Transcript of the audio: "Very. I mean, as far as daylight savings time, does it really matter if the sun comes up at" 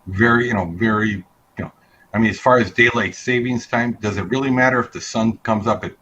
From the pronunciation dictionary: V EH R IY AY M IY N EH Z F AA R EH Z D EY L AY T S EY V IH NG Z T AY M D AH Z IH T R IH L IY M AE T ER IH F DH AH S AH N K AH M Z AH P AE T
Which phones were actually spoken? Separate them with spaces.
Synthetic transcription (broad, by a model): V EH R IY AY M IY N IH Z F AA R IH Z D EY L AY T S EY V IH NG Z T AY M D AH Z IH T R IH L IY M AE T ER IH F DH AH S AH N K AH M Z AH P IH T